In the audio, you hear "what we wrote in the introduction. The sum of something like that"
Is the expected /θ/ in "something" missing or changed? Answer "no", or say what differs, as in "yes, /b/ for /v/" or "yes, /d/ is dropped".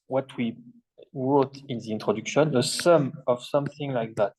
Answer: no